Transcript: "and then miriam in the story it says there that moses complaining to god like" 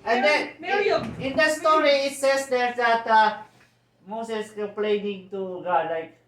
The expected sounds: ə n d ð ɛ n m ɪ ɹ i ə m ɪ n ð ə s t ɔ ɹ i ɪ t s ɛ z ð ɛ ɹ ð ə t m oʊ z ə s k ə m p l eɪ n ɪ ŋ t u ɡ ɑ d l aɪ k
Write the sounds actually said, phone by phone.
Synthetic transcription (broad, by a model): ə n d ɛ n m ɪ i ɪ n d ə s t ɔ ɹ i ɪ t s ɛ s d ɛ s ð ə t m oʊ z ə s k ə p l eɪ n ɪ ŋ t u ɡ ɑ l aɪ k